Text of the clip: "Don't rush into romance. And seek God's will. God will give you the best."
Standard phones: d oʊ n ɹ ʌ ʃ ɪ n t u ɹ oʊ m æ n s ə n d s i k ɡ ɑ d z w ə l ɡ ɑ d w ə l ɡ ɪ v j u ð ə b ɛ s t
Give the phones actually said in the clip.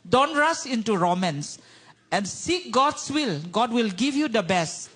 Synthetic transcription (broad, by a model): d oʊ n ɹ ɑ s ɪ n t u ɹ oʊ m æ n s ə n s i k ɡ ɑ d s w ə l ɡ ɑ d w ə l ɡ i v j u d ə b ɛ s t